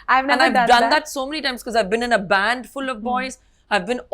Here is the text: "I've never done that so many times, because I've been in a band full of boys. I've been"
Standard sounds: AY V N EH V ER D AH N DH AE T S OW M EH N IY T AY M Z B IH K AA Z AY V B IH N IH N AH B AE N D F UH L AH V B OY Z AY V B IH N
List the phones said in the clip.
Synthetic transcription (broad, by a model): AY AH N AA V D AH N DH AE T S OW M EH N IY T AY M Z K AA Z AY V B IH N IH N AH B AE N D F UH L AH V B OY Z AY V B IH N